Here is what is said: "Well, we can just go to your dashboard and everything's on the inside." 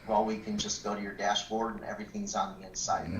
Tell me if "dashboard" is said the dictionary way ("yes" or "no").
yes